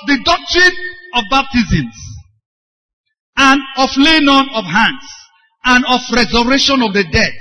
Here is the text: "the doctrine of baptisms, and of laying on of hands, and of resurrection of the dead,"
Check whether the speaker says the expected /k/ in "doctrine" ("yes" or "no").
yes